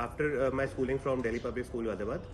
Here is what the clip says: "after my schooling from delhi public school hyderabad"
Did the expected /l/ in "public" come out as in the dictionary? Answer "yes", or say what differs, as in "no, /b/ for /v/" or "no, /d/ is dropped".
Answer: no, /l/ is dropped